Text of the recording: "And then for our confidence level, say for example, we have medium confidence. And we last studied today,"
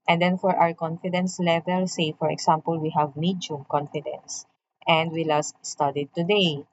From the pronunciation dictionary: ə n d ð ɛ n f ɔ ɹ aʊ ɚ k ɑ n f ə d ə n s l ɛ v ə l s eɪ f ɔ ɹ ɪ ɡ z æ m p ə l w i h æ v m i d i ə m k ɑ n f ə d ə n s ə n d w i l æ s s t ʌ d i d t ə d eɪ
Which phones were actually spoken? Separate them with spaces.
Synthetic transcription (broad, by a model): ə n d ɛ n f ɔ ɹ aʊ ɚ k ɑ n f ə d ə n s l ɛ v ə l s eɪ f ɔ ɹ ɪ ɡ s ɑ m p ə l w i h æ v m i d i m k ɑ n f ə d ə n s ə n d w i l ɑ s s t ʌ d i d t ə d eɪ